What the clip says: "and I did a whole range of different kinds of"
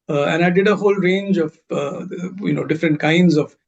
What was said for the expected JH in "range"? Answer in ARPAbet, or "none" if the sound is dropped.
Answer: JH